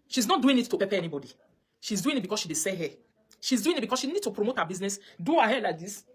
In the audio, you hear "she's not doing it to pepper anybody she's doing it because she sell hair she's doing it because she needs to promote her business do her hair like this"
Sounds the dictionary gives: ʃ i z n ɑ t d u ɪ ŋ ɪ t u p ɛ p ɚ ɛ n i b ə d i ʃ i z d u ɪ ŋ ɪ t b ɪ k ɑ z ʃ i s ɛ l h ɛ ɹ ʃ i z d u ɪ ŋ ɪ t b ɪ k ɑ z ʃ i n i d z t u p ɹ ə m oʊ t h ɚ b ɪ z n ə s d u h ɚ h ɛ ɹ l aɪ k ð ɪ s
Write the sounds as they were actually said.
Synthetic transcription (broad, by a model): ʃ i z n ɑ t d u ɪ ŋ ɪ t u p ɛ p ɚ ɛ n i b ə d i ʃ i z d u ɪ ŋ ɪ t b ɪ k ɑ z ʃ i s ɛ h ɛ ʃ i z d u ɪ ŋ ɪ t b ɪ k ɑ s ʃ i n i d t u p ɹ ə m oʊ t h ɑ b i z n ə s d u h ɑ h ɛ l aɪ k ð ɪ s